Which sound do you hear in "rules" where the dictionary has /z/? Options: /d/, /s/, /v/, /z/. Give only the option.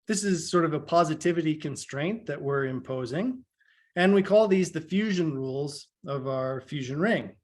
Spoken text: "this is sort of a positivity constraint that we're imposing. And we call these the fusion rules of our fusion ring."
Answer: /z/